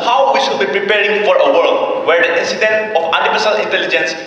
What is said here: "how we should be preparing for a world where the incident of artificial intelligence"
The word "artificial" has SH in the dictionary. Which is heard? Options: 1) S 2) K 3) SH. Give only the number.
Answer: 1